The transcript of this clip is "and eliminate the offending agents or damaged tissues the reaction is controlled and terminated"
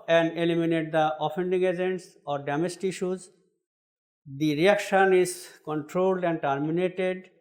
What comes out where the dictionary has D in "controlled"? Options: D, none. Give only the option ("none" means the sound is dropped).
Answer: D